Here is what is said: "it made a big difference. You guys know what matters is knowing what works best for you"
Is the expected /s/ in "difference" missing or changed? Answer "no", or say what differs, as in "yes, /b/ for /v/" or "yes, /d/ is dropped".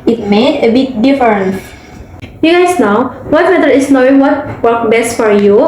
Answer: yes, /s/ is dropped